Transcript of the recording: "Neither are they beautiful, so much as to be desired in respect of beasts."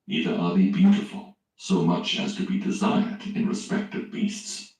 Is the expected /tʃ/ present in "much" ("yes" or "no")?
yes